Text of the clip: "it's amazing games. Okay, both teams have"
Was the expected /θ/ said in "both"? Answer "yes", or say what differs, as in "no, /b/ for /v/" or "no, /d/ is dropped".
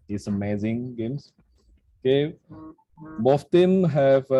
no, /f/ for /θ/